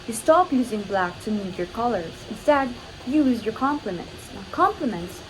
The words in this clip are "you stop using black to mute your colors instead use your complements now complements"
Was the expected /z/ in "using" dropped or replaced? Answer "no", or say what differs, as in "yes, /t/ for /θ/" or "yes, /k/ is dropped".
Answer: no